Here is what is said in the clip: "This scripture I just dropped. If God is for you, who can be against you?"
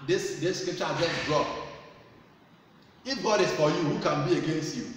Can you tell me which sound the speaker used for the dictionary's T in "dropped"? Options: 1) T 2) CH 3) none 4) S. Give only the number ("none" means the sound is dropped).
3